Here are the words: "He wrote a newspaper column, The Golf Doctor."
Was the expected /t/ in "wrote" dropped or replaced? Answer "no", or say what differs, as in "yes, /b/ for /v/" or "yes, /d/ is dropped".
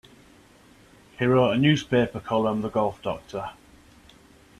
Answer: yes, /t/ is dropped